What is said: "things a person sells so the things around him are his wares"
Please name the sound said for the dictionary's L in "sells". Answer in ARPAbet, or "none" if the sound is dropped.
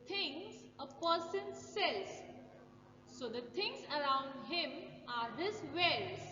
none